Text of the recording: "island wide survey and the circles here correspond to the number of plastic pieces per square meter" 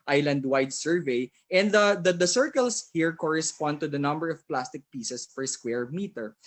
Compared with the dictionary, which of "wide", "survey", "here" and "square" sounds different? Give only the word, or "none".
none